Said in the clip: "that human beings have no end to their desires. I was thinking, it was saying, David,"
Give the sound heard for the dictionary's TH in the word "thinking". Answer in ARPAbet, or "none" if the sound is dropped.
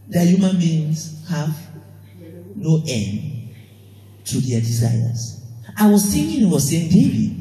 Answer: S